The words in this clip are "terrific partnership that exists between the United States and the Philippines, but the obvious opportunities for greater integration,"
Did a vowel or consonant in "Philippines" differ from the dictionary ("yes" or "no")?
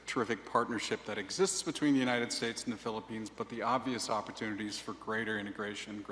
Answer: no